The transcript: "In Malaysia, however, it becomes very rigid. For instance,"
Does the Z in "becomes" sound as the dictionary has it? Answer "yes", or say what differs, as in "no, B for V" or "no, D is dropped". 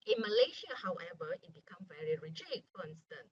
no, Z is dropped